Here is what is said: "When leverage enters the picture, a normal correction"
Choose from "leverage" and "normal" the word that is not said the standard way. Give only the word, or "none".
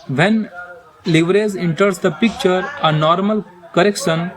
leverage